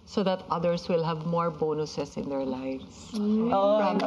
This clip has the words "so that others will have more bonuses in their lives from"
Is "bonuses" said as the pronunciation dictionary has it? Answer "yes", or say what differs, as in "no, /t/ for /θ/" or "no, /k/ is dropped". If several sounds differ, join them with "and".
no, /s/ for /z/